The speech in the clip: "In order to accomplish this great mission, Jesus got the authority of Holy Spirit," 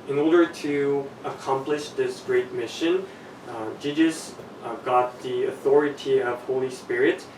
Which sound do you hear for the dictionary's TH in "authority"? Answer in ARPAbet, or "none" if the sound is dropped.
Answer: TH